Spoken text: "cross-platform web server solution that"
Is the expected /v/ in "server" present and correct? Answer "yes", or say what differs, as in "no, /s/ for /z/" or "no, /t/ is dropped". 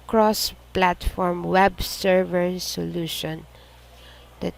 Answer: yes